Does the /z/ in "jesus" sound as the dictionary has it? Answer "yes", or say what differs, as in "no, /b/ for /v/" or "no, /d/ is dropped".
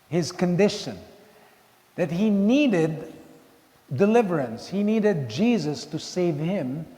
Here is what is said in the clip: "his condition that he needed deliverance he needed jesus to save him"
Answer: yes